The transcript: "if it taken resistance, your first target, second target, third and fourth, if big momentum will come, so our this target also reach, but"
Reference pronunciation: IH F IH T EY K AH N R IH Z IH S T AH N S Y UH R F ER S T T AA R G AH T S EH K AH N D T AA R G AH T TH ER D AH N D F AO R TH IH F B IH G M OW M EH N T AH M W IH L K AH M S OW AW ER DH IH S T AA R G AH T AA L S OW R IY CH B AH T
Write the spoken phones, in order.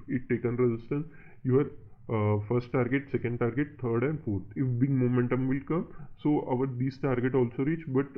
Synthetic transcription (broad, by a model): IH IH T EY K AH N R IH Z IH S T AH N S Y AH R F ER S T T AA R G AH T S EH K AH N D T AA R G AH T T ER D AH N D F AO R T IH F B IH G M OW M EH N T AH M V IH L K AH M S OW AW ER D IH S T AA R G AH T AA L S OW R IY CH B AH T